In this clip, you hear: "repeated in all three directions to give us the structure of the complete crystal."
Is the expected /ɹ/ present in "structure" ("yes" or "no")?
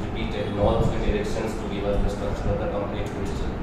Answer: no